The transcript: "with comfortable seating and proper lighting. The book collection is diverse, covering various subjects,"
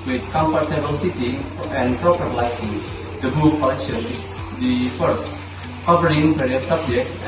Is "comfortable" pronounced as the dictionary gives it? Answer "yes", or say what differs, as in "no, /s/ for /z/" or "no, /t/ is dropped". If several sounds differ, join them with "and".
no, /p/ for /f/